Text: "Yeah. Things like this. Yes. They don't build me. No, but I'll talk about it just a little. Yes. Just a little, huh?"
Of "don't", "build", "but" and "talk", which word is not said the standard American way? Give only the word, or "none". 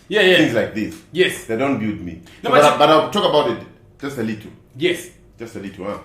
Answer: build